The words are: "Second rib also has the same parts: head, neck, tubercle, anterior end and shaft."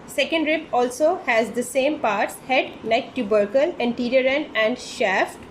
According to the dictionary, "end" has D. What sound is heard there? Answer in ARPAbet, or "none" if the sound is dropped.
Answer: none